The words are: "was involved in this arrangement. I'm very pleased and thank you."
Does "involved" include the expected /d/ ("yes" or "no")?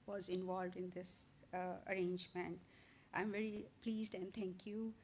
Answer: yes